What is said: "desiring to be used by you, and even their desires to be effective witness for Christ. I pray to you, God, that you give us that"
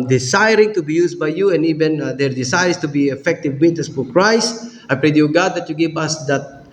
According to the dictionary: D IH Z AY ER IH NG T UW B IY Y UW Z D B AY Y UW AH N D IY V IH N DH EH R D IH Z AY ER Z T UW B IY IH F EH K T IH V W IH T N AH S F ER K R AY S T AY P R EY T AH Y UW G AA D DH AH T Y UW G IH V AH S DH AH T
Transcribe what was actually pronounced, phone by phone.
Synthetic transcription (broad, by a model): D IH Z AY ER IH NG T UW B IY Y UW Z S B AY Y UW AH N IY V IH N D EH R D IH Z AY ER S T UW B IY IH F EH K T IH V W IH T AH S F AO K R AY S AY P R EY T Y UW G AA D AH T Y UW G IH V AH S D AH T